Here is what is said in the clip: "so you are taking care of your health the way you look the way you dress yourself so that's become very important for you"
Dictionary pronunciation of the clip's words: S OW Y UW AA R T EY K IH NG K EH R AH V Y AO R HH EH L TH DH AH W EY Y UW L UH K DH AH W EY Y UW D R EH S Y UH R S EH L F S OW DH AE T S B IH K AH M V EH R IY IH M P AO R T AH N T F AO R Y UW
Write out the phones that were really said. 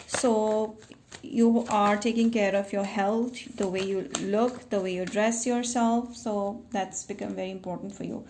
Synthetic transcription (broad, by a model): S OW Y UW AA R T EY K IH NG K EH R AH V Y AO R HH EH L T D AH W EY Y UW L UH K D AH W EY Y UW D R EH S Y UH R S EH L F S OW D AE T S B IH K AH M V EH R IY IH M P AO R T AH N T F AO R Y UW